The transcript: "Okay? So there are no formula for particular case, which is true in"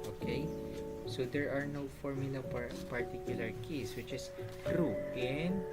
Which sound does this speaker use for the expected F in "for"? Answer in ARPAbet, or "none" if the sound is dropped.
P